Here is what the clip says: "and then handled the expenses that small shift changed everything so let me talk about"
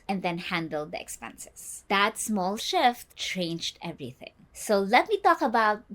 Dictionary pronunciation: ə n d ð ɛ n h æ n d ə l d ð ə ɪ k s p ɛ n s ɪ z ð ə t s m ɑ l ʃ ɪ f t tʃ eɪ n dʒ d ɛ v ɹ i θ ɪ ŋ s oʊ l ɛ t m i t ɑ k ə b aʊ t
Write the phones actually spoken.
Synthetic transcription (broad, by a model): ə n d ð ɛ n h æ n d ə l d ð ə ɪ k s p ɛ n s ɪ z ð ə t s m ɑ l ʃ ɪ f t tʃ eɪ n dʒ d ɛ v ɹ i θ ɪ ŋ s oʊ l ɛ t m i t ɑ k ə b aʊ t